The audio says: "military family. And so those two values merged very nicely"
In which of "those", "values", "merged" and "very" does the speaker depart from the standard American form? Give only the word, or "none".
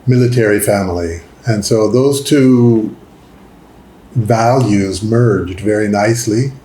none